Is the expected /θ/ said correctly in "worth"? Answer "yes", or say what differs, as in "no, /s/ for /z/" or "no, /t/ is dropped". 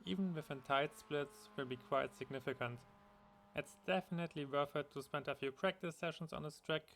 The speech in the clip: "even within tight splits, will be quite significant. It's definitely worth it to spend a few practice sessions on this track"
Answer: no, /f/ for /θ/